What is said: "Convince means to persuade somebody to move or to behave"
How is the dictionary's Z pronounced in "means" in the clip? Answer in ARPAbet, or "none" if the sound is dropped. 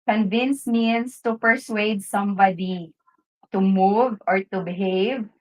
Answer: S